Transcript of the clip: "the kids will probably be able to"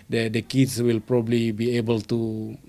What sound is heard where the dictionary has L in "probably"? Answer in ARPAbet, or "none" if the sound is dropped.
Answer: L